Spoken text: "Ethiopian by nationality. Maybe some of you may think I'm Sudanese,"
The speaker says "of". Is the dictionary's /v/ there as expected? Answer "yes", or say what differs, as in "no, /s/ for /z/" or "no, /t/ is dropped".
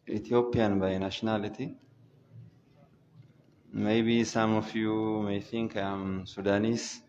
no, /f/ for /v/